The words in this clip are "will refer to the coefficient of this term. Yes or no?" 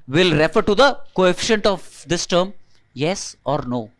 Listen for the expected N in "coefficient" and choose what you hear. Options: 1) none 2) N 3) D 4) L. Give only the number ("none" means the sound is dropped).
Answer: 2